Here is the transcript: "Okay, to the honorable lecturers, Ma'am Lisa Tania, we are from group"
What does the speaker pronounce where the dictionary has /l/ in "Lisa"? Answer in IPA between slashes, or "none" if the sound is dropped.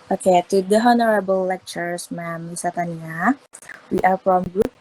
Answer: /w/